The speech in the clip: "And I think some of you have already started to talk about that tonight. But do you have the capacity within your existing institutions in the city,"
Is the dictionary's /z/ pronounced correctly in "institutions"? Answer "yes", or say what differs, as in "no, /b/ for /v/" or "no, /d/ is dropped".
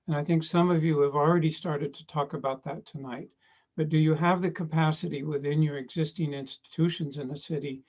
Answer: yes